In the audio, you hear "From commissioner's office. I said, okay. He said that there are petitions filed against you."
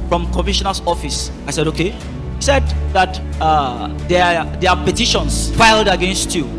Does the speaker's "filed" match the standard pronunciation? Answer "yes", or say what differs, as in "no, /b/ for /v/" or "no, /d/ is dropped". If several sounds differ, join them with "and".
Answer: yes